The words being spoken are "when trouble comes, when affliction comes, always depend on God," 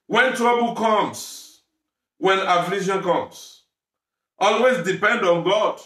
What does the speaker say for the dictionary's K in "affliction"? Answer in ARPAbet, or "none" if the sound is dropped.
none